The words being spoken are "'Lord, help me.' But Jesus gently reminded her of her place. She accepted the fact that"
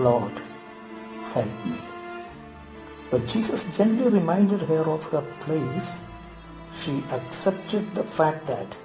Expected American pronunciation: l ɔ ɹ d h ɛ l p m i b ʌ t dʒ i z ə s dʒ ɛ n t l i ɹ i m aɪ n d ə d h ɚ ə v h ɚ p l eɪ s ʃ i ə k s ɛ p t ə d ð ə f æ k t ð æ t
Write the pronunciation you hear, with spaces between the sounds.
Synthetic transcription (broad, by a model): l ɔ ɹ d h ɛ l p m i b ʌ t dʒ i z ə s dʒ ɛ n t l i ɹ i m aɪ n d ə d h ɚ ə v h ɚ p l eɪ s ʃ i ə k s ɛ p t ə d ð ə f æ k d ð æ t